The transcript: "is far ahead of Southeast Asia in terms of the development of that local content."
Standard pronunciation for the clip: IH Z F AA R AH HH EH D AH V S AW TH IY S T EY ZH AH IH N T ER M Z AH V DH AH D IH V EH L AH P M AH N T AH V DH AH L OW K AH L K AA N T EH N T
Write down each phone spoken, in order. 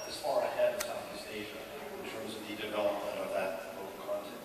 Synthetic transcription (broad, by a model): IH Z F AA R AH HH EH D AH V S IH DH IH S EY ZH AH IH N T ER M Z AH V DH AH D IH V EH L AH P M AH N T AH V DH AH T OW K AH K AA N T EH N